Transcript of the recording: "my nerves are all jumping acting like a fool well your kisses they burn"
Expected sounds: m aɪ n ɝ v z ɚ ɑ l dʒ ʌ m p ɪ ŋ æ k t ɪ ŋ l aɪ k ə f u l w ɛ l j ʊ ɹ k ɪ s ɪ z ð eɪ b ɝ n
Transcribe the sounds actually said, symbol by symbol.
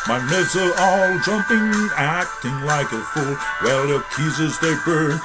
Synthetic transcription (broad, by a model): m aɪ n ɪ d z ɚ ɑ l dʒ ʌ m p ɪ ŋ æ k t ɪ ŋ l aɪ k ə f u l w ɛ l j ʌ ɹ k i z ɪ z ð eɪ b ɝ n